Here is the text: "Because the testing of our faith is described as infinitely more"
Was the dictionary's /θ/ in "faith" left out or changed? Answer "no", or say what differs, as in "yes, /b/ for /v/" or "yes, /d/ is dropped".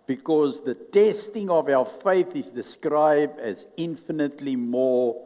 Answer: no